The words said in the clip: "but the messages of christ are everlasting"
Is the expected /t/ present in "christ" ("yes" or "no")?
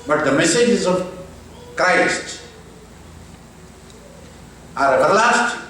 yes